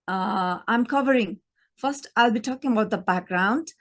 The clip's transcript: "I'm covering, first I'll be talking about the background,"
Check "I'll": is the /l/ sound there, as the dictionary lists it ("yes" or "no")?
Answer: yes